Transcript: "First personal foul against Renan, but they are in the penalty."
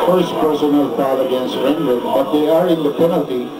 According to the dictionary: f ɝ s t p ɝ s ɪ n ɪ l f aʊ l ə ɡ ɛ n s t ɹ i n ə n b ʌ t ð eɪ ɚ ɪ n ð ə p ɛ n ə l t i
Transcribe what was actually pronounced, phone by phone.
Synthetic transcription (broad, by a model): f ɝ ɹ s p ɝ s ɪ n ɪ l p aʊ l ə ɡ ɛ n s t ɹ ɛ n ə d b ʌ t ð eɪ ɚ ɪ n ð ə p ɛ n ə l t i